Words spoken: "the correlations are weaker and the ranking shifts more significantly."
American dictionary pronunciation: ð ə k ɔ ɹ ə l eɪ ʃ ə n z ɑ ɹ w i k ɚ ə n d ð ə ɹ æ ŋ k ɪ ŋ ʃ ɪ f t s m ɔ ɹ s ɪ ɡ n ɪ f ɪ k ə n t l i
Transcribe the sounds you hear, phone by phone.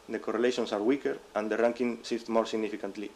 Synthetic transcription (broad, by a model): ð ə k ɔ ɹ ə l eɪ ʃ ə n s ɑ ɹ w i k ɚ ə n d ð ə ɹ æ ŋ k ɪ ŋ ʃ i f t m ɔ ɹ s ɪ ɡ n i f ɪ k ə n t l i